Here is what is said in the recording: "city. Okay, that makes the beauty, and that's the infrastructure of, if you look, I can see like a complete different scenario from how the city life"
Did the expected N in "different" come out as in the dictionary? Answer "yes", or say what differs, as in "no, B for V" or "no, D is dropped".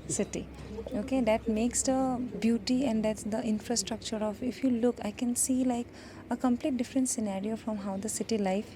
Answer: yes